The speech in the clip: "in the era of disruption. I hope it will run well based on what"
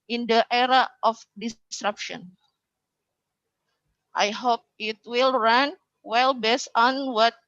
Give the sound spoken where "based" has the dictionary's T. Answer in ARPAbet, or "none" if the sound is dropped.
none